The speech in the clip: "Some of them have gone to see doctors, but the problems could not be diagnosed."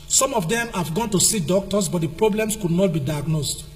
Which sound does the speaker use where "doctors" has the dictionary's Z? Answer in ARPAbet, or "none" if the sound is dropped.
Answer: S